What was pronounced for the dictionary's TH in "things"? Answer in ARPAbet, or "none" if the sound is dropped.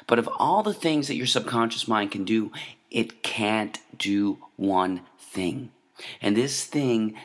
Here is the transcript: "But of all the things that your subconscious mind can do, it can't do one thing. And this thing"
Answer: TH